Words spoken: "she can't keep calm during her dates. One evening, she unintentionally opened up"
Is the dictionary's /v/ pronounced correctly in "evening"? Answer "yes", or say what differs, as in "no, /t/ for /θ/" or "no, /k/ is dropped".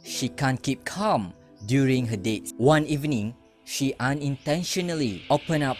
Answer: yes